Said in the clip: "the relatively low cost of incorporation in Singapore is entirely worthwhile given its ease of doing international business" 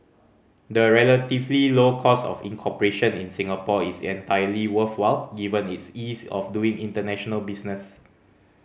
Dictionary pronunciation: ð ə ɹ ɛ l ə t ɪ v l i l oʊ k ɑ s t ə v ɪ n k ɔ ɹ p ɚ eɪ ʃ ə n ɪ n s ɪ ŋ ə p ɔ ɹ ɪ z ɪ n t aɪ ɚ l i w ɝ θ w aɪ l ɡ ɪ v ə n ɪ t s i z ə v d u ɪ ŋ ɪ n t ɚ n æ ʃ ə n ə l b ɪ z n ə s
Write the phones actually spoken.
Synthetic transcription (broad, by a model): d ə ɹ ɛ l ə t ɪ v l i l oʊ k ɑ s ə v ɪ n k ɔ p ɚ eɪ ʃ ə n ɪ n s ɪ ŋ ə p ɔ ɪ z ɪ n t aɪ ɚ l i w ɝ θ w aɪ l ɡ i v ə n ɪ t s i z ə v d u ɪ ŋ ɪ n t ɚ n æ ʃ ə n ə l b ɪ s n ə s